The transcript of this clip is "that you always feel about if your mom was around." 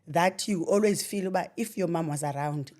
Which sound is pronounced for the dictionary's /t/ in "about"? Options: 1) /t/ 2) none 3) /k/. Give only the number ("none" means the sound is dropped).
2